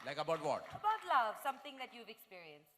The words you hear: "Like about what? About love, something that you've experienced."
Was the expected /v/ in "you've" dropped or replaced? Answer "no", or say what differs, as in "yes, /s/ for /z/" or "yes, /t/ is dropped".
no